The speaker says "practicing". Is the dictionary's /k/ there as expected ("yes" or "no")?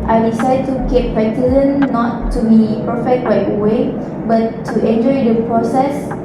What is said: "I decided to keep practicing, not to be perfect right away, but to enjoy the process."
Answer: no